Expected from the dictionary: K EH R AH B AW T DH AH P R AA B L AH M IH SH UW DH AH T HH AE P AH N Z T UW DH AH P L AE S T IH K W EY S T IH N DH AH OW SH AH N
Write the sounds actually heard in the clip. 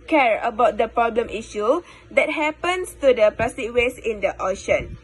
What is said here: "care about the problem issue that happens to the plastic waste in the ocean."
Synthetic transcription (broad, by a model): K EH R AH B AW T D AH P R AA B L AH M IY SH UW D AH T HH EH P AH N S T UW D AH P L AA S T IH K W EY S IH N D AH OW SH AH N